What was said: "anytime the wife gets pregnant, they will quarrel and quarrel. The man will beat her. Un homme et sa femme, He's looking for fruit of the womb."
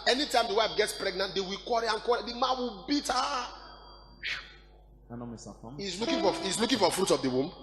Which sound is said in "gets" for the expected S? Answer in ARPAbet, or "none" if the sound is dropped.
S